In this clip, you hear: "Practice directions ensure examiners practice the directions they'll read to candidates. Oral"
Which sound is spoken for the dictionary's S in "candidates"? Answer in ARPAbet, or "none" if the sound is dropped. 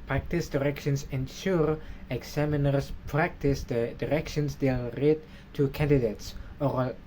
S